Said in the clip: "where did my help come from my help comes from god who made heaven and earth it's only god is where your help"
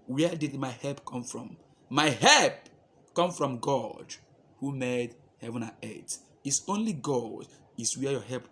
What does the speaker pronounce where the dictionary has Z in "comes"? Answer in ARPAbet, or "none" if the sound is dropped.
none